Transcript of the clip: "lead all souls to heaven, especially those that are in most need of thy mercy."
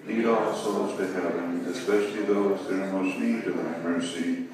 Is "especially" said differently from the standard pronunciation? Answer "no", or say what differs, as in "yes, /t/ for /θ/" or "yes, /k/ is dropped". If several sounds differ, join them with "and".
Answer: no